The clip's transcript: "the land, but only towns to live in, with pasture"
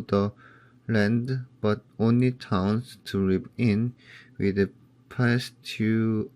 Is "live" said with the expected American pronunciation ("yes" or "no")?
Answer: no